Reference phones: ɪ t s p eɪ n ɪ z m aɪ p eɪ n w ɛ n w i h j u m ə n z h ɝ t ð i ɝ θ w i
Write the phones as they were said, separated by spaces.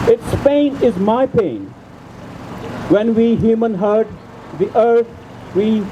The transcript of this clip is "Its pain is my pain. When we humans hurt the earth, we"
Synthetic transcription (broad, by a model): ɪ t s p eɪ n ɪ z m aɪ p eɪ n w ɛ n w i h j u m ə n h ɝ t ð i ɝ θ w i